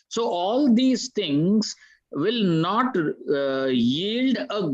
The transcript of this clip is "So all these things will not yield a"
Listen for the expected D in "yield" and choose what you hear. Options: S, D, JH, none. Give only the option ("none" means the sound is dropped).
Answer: D